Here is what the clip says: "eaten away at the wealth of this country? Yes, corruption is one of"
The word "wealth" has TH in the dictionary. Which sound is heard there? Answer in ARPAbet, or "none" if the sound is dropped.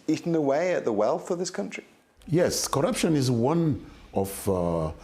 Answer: TH